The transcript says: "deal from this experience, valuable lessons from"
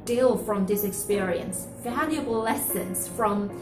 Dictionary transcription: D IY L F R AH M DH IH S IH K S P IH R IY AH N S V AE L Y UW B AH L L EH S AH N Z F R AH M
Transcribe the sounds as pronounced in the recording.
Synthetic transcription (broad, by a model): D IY L F R AH M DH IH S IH K S P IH R IY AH N S F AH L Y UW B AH L L EH S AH N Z F R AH M